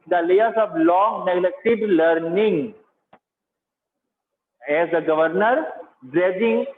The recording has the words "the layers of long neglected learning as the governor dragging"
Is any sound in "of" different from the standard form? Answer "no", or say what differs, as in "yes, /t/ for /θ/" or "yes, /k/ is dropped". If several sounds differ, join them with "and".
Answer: yes, /b/ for /v/